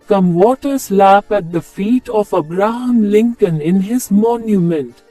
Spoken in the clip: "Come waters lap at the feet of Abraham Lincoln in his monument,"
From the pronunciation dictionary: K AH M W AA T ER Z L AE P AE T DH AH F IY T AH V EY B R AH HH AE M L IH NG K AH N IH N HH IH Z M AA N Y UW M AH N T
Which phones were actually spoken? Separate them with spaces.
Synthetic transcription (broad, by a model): K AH M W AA T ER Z L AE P AE T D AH F IY T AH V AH B R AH HH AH M L IH NG K AH N IH N HH IH Z M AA N Y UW M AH N T